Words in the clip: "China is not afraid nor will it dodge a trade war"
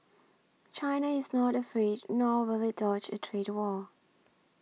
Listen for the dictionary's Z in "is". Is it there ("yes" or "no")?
yes